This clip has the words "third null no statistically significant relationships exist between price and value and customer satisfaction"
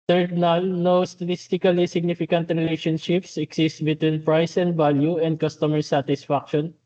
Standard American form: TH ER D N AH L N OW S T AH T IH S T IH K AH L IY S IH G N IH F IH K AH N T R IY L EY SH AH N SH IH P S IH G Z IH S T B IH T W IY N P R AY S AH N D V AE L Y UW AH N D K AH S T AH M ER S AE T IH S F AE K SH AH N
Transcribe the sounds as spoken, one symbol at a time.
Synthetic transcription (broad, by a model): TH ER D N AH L N OW S T AH T IH S T IH K AH L IY S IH G N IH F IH K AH N T R IY L EY SH AH N SH IH P S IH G S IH S T B IH T W IY N P R AY S AH N D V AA L Y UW AH N D K AH S T AH M ER S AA T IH S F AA K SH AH N